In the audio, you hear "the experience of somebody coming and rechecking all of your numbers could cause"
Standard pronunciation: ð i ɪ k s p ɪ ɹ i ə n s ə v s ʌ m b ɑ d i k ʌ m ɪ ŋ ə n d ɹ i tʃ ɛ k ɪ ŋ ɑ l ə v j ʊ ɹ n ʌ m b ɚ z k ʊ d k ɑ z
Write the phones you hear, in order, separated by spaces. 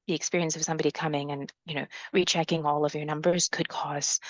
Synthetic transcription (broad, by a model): ð i ɪ k s p ɪ ɹ i ə n s ə v s ʌ m b ɑ d i k ʌ m ɪ ŋ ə n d ɹ i tʃ ɛ k ɪ ŋ ɑ l ə v j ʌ ɹ n ʌ m b ɚ z k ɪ d k ɑ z